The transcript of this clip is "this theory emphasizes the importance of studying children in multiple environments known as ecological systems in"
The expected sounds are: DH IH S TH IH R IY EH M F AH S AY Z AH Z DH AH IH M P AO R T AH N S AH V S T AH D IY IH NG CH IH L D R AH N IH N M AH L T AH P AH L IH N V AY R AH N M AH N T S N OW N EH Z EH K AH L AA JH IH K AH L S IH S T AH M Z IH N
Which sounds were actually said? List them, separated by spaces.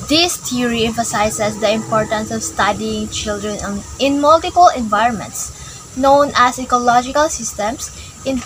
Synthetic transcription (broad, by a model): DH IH S T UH R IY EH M F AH S AY S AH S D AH IH M P AO R T AH N S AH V S T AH D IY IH NG CH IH L D R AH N IH N M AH L T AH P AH L IH N V AY R AH N M AH N T S N OW N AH S EH K AH L AA JH IH K AH L S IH S T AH M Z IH N